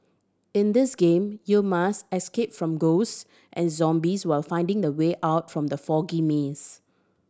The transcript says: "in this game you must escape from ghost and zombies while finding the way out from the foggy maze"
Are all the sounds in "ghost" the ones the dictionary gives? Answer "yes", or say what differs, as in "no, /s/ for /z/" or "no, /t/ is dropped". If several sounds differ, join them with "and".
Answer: yes